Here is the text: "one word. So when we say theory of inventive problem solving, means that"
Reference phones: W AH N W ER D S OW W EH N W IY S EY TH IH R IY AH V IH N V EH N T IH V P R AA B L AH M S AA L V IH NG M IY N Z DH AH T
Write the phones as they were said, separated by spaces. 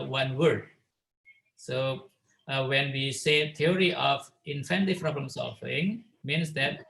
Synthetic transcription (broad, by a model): W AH N W ER D S OW W EH N W IY S EY T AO R IY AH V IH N F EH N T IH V P R AA B L AH M S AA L F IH NG M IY N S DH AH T